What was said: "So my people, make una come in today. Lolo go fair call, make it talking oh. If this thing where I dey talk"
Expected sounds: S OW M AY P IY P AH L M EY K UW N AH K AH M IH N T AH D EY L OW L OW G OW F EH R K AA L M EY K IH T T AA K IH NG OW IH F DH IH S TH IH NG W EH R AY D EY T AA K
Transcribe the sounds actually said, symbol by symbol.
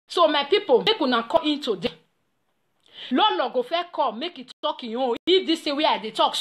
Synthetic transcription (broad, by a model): S OW M AY P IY P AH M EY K UW N AH K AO IH N T AH D EY L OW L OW G OW F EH K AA M EY K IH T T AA K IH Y OW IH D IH S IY W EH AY D EY T AA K